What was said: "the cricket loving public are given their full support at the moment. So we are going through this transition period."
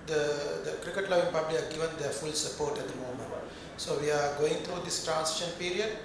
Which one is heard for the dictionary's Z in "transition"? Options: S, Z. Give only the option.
S